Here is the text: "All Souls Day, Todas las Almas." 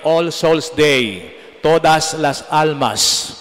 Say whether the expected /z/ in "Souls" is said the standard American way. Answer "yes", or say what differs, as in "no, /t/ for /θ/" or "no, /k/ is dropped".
no, /s/ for /z/